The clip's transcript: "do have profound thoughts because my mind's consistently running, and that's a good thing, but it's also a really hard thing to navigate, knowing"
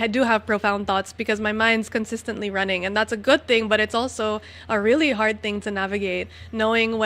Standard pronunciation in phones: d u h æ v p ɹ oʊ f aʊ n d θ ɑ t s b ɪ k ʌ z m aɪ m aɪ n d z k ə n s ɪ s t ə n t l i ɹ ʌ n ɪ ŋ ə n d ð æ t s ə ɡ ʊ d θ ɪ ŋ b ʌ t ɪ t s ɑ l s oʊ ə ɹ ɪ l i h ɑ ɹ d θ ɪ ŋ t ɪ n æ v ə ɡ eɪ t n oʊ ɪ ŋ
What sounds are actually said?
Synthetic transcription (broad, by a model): d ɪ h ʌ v p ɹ oʊ f aʊ n θ ɑ t s b ɪ k ʌ z m aɪ m aɪ n d z k ə n s ɪ s t ə n t l i ɹ ʌ n ɪ ŋ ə n ð æ t s ə ɡ ʊ d θ ɪ ŋ b ʌ t ɪ t s ɑ l s oʊ ə ɹ ɪ l i h ɑ ɹ d θ ɪ ŋ t ɪ n æ v ə ɡ eɪ t n oʊ ɪ ŋ